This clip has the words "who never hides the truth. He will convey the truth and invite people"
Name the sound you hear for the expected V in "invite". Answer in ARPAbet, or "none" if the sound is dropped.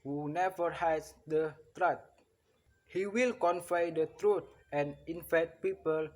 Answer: F